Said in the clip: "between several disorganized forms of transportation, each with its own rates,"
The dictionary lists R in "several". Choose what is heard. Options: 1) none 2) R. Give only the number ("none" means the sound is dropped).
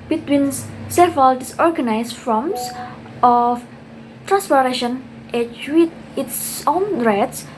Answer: 1